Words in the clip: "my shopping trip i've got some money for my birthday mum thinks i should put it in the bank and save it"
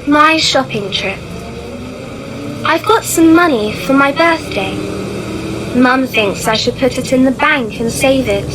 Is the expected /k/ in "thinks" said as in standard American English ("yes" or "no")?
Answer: yes